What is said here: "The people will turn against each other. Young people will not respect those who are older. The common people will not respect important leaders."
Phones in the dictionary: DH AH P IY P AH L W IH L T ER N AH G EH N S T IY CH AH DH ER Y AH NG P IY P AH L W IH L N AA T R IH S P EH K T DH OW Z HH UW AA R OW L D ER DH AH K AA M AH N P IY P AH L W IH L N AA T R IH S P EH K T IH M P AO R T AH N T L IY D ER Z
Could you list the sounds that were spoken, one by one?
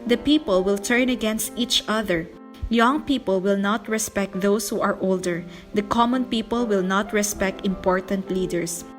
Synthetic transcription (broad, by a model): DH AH P IY P AH L W IH L T ER N AH G EH N S T IY CH AH DH ER Y AH NG P IY P AH L W IH L N AA T R IH S P EH K T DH OW S HH UW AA R OW L D ER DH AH K AA M AH N P IY P AH L W IH L N AA T R IH S P EH K T IH M P AO R T AH N T L IY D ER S